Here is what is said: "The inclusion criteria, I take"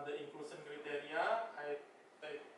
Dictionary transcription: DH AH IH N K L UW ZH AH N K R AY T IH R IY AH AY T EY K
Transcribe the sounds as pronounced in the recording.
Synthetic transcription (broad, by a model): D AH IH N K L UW S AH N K R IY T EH R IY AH AY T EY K